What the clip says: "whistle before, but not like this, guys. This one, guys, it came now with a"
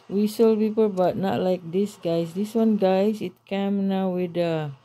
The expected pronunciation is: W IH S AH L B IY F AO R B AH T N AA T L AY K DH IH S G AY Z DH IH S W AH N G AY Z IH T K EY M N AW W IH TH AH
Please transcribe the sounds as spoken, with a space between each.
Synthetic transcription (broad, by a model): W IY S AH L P IY P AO L B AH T N AA T L AY K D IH S G AY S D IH S W AH N G AY S IH T K EY M N AW W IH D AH